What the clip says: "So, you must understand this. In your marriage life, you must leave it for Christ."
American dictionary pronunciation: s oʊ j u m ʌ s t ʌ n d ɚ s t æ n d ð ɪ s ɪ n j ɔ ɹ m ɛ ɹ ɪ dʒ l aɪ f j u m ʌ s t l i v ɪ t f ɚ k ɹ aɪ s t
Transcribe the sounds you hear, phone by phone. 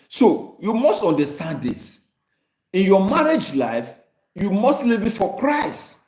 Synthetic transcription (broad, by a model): s oʊ j u m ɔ s t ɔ n d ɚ s t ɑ n d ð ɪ s ɪ n j ɔ m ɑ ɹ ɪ dʒ l aɪ f j u m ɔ s t l i v ɪ t f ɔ k ɹ aɪ s t